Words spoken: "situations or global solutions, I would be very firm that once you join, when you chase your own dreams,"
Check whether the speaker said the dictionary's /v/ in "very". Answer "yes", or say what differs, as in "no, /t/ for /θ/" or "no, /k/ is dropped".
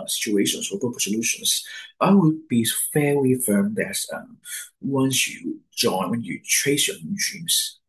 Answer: no, /f/ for /v/